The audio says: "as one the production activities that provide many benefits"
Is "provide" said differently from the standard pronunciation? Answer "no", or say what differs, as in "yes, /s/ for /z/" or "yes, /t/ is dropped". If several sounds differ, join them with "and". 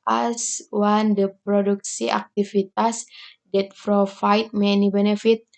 yes, /f/ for /p/ and /f/ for /v/